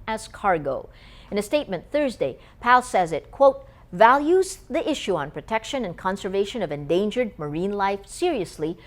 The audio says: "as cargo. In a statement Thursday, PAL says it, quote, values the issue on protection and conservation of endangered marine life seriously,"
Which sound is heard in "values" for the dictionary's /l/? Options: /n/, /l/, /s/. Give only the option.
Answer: /l/